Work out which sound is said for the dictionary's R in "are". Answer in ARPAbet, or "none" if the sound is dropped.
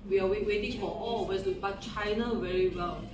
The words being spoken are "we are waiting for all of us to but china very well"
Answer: W